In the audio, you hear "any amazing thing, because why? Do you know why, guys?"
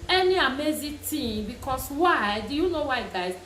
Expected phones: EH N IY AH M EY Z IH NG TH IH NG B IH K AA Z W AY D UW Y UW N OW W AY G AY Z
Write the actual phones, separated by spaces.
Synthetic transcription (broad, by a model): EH N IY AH M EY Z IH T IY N B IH K AA S W AY D UW Y UW N OW W AY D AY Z